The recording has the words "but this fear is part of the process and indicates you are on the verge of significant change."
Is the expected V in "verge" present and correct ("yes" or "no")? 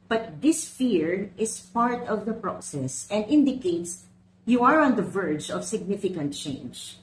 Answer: yes